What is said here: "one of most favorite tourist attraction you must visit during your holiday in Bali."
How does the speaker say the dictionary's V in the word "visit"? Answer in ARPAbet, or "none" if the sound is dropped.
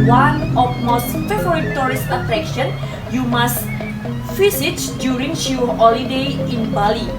F